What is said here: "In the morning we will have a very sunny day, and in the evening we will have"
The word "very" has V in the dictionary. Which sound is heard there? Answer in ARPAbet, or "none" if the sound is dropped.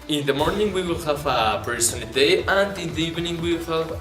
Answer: P